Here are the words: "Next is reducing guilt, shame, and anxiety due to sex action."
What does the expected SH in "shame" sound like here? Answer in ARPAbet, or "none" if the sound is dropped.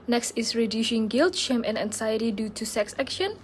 SH